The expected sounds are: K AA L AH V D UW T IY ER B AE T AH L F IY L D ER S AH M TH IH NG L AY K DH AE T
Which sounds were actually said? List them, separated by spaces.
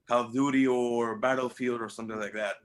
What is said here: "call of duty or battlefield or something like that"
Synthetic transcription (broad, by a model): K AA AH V D UW T IY ER B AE T L F IY L D ER S AH M TH IH NG L AY K DH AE T